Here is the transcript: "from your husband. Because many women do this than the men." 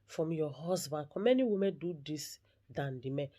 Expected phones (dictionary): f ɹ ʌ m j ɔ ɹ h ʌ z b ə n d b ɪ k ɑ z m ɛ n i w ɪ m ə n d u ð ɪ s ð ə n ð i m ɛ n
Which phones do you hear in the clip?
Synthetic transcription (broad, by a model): f ɹ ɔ m j ɔ h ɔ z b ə n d k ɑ m ɛ n i w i m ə n d u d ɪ s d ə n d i m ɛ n